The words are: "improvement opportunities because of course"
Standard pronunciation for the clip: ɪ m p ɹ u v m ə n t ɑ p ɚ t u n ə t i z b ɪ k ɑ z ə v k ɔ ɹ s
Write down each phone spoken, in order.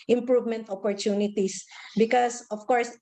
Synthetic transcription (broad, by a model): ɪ m p ɹ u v m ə n t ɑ p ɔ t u n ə t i s b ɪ k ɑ s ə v k ɔ ɹ s